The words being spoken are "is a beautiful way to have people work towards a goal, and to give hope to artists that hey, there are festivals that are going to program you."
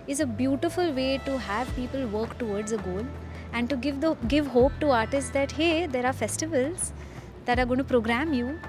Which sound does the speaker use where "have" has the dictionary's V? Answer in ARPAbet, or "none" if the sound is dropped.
V